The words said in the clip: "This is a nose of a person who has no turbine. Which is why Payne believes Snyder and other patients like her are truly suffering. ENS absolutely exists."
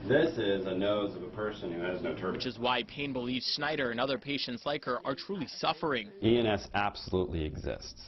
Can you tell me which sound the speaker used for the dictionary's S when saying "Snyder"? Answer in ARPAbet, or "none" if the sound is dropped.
S